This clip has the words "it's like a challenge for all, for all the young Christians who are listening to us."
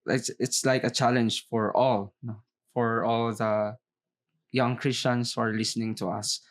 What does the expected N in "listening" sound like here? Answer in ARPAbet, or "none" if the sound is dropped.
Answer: N